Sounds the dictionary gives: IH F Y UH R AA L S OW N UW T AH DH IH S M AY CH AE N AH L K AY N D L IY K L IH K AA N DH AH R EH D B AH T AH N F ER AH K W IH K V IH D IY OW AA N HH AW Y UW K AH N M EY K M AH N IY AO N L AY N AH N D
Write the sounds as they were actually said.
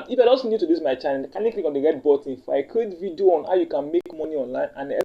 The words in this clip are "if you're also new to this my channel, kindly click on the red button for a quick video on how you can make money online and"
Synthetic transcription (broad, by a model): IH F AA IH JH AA S N UW T AH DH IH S M AY CH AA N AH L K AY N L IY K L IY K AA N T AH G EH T B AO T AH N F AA AH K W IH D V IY D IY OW AA N HH AW Y UW K AH N M EY K M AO N IY AO N L AY N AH N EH